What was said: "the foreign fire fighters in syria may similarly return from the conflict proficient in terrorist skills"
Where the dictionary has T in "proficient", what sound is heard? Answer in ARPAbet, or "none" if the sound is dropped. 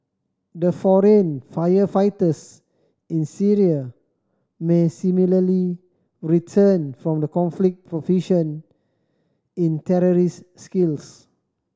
none